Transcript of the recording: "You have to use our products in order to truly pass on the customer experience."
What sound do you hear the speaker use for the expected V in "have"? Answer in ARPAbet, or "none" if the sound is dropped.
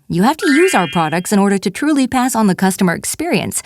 F